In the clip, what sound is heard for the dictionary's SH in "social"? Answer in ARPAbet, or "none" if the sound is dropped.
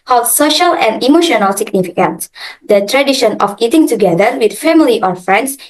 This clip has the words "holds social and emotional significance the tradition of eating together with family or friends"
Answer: SH